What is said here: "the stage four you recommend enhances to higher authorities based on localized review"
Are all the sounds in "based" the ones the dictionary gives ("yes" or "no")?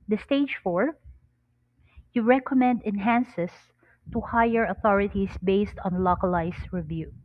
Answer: yes